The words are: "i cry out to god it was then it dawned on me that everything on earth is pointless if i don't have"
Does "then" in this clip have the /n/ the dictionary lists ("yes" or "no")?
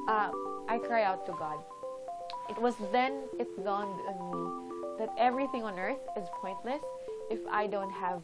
yes